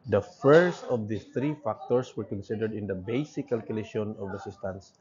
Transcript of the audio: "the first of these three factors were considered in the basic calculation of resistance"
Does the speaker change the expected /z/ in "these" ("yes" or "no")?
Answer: yes